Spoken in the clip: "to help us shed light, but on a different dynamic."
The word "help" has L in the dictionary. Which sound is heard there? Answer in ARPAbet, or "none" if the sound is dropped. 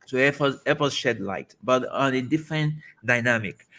none